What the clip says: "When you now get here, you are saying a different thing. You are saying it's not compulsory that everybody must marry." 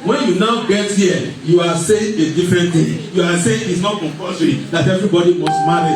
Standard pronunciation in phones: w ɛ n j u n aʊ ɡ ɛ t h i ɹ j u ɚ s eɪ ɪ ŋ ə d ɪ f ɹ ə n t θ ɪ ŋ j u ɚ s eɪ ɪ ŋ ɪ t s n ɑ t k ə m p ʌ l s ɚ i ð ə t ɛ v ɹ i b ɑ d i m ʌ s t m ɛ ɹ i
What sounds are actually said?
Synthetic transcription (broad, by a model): w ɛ n j u n aʊ ɡ ɛ t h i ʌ j u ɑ s eɪ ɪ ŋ ə d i f ɹ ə n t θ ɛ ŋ j u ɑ s eɪ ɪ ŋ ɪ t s n ɑ t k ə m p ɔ s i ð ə t ɛ v ɹ i b ɑ d i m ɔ s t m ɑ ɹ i